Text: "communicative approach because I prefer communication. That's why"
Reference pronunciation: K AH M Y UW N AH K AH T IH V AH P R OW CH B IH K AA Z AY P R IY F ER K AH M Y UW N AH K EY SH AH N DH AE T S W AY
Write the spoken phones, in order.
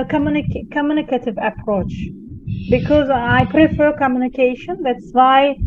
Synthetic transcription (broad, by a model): K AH M Y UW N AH K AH T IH V AH P R OW CH B IH K AA Z AY P R IY F ER K AH M Y UW N AH K EY SH AH N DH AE T S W AY